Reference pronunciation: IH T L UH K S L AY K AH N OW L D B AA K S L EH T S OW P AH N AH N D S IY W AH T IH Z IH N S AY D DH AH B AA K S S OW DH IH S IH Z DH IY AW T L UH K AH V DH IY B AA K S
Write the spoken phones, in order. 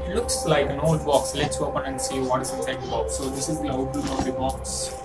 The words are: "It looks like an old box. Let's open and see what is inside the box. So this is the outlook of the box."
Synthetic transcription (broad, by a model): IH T L UH K S L AY K AH N OW L D B AA K S L EH T S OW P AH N AH N D S IY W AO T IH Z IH S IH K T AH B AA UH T S OW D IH S IH Z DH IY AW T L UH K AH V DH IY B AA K S